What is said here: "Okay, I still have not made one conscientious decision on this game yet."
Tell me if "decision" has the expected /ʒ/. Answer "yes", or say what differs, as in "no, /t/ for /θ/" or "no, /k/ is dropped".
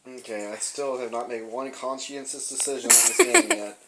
yes